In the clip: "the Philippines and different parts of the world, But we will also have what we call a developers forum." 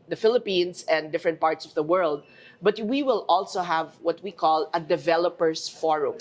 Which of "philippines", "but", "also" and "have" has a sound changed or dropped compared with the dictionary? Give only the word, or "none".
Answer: philippines